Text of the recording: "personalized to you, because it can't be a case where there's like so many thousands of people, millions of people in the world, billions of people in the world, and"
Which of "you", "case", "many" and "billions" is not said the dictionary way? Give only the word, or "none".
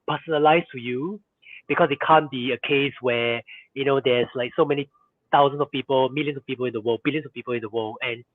billions